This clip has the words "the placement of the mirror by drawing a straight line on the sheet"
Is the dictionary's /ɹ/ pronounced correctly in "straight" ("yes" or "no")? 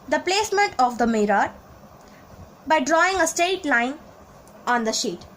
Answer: no